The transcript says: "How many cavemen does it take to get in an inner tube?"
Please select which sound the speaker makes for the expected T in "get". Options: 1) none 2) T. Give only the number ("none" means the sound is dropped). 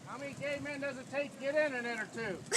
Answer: 2